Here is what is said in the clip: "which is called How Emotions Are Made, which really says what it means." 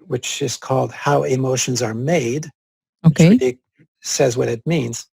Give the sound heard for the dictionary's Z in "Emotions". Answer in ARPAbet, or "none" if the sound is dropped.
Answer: Z